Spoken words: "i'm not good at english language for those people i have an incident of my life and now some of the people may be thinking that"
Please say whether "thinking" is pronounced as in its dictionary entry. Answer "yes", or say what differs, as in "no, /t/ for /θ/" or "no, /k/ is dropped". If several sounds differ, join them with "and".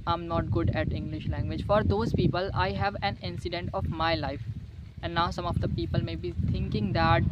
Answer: no, /t/ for /θ/